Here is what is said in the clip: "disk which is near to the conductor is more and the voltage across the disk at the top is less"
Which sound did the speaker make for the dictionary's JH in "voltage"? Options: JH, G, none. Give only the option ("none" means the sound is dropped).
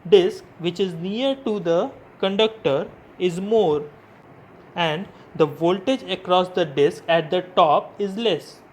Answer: JH